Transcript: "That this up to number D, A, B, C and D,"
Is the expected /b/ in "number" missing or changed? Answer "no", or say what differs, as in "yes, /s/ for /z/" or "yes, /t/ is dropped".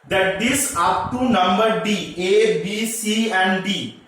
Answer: no